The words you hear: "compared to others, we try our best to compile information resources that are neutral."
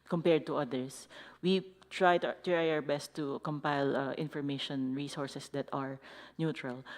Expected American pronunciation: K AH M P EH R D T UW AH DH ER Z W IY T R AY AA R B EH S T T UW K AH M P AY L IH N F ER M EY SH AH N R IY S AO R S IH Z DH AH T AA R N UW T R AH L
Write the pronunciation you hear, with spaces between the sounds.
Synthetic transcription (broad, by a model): K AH M P EH R D T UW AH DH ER S W IY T R AY AA R B EH S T T UW K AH M P AY L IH N F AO M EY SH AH N R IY S AO R S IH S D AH T AA R N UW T R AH L